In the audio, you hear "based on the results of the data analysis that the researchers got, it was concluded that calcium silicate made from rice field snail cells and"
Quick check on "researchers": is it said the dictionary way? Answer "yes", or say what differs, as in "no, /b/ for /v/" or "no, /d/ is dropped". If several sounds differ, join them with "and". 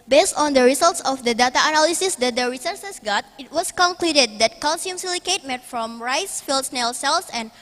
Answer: no, /s/ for /tʃ/ and /s/ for /z/